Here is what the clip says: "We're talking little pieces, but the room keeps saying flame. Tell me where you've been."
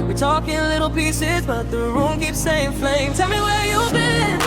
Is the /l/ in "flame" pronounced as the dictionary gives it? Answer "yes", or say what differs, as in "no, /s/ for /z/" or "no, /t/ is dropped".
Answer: yes